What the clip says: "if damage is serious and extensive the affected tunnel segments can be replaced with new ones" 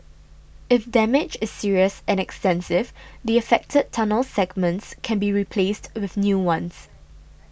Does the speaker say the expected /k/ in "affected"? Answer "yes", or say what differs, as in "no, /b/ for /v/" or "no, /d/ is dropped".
yes